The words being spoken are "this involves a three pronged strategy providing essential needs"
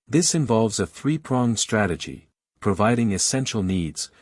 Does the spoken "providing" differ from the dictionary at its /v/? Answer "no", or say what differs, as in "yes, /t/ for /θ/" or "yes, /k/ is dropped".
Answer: no